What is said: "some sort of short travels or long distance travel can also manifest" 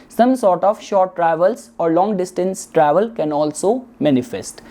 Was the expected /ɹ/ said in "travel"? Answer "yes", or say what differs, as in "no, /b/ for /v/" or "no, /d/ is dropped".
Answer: yes